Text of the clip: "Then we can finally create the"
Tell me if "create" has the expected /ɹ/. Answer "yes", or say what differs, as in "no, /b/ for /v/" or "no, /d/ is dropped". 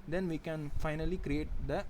yes